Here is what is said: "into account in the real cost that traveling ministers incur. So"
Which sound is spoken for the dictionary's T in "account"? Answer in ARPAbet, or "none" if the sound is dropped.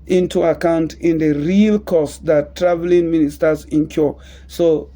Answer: T